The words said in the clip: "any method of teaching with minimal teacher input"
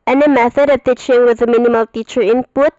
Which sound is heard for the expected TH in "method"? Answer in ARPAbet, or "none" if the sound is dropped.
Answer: TH